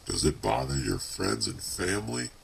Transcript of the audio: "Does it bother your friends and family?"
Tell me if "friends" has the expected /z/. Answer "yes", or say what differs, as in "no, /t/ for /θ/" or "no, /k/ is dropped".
yes